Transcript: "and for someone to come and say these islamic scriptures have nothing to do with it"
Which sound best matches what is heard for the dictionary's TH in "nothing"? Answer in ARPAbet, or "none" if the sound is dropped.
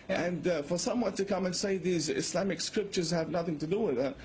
TH